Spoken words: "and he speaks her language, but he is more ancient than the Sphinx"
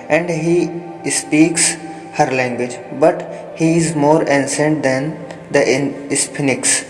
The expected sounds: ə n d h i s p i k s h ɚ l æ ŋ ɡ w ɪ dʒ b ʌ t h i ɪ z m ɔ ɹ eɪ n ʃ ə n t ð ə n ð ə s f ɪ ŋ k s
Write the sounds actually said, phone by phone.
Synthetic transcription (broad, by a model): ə n d h i s p i k s h ɚ l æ ŋ ɡ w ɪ dʒ b ʌ t h i ɪ z m ɔ ɹ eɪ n s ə n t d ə n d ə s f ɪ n k s